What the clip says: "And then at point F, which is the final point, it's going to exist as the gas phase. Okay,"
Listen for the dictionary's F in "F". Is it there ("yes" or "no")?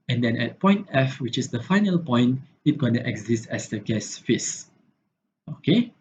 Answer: yes